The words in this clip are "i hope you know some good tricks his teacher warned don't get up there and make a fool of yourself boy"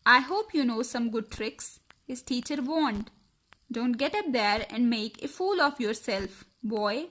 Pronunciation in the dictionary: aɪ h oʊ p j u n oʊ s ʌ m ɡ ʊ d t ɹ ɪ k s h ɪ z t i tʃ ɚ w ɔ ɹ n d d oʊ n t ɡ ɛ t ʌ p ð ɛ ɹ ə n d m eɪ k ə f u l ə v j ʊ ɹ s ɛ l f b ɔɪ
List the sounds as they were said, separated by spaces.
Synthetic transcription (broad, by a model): aɪ h oʊ p j u n oʊ s ʌ m ɡ ʊ d t ɹ ɪ k s h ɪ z t i tʃ ɚ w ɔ n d d oʊ n t ɡ ɛ t ʌ p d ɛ ɹ ə n d m eɪ k ə f u l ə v j ʊ ɹ s ɛ l f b ɔɪ